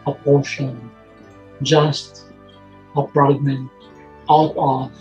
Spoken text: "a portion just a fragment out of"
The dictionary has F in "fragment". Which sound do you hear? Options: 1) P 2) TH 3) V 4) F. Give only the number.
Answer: 1